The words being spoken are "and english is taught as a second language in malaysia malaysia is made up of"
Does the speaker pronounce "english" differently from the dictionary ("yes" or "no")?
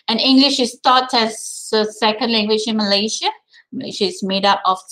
no